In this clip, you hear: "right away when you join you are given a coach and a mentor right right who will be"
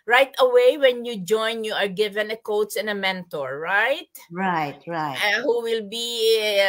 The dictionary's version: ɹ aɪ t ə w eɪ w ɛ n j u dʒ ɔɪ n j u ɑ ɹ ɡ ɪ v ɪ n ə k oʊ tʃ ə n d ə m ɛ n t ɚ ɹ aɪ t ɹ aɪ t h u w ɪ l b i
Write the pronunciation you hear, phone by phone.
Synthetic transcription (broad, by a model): ɹ aɪ t ə w eɪ w ɛ n j u dʒ ɔɪ n j u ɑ ɹ ɡ ɪ v ɪ n ə k oʊ s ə n ə m ɛ n t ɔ ɹ aɪ t ɹ aɪ t h u w ɪ l b i